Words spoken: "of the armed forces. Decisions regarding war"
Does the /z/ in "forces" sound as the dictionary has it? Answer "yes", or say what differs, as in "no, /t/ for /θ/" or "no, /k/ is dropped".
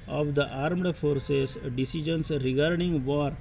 no, /s/ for /z/